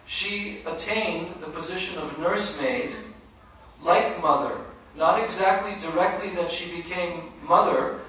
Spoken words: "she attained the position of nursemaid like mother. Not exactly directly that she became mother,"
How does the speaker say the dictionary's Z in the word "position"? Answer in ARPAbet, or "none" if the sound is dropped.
Z